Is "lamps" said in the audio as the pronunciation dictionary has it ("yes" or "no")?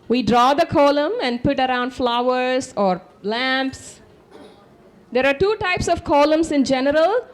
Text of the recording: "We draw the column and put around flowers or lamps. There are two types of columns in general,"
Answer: yes